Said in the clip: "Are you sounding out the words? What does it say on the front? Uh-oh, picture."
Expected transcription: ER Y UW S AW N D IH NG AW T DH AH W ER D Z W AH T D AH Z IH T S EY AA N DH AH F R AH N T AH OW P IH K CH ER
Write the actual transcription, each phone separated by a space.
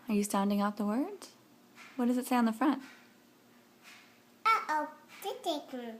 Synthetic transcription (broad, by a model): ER Y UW S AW N D IH NG AW T DH AH W ER D Z W AH T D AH Z IH T S EY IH N DH AH F R AH N T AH OW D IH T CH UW